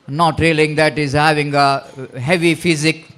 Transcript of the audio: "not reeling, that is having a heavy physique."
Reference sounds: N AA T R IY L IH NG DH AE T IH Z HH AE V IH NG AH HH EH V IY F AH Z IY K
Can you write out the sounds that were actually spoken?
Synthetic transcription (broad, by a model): N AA T R IY L IH NG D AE T IH Z HH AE V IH NG AH HH EH V IY F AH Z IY K